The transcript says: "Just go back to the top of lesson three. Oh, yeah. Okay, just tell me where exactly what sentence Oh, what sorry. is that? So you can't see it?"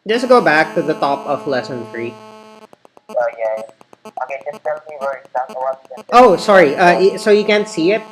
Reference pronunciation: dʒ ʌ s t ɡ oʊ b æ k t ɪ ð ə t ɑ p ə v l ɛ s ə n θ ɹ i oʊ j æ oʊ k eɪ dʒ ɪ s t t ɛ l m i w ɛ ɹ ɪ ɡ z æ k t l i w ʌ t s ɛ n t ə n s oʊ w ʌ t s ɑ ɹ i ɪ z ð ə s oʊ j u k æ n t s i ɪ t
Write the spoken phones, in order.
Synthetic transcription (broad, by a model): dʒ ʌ s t ɡ oʊ b æ k t ɪ ð ə t ɑ p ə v l ɛ s ə n θ ɹ i oʊ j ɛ oʊ k eɪ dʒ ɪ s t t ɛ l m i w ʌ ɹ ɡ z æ t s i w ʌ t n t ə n oʊ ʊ s ɑ ɹ i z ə s oʊ j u k æ n t s i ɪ t